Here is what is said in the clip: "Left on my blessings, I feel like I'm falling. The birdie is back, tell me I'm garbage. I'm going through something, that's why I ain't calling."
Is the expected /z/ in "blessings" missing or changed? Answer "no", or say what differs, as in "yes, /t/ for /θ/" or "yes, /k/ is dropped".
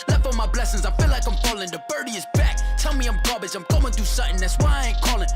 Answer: no